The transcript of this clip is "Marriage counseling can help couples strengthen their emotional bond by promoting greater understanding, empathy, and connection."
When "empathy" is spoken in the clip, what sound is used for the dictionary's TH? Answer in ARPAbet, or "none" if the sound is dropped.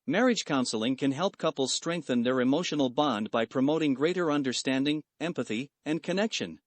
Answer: TH